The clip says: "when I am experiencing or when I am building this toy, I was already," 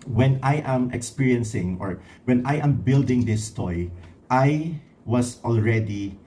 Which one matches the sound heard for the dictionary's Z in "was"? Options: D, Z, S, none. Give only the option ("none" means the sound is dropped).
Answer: S